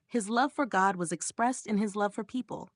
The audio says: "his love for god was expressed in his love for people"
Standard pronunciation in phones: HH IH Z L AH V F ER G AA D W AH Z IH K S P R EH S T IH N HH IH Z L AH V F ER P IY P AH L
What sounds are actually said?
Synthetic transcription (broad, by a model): HH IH Z L AH V F ER G AA D W AH Z IH K S P R EH S T IH N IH Z L AH V F ER P IY P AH L